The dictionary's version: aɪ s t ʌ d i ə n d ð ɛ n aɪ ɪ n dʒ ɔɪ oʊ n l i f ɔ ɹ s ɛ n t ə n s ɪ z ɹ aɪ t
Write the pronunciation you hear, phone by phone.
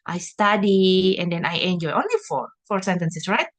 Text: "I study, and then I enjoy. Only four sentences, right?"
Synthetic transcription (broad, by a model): aɪ s t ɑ d i ə n d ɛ n aɪ ɪ n dʒ ɔɪ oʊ n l i f ɔ ɹ s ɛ n t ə n s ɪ s ɹ aɪ t